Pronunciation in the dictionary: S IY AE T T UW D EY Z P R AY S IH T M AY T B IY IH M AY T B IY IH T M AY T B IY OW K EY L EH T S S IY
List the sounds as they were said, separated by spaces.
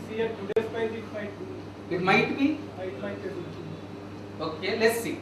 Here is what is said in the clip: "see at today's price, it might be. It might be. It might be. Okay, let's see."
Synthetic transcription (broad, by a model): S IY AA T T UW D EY S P AY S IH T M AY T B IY IH M AY T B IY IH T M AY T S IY OW K EY L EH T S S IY